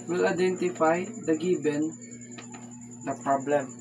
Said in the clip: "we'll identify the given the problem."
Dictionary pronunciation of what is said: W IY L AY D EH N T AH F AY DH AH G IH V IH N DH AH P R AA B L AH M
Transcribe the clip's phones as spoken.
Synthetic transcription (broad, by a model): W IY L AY D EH N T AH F AY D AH G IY B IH N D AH P R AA B L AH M